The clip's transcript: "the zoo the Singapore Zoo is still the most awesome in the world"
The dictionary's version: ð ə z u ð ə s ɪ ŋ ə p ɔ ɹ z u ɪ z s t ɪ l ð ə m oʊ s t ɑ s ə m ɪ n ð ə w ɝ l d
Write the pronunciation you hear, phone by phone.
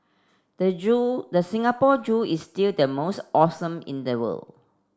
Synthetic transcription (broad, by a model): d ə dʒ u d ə s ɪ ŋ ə p ɔ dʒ u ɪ s t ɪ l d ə m oʊ s t ɑ s ə m ɪ n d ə w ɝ l